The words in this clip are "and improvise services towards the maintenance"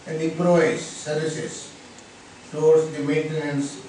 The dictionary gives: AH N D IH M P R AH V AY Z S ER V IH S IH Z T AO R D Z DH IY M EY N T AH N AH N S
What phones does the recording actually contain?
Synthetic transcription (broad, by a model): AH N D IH P R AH IH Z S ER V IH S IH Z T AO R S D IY M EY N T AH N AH N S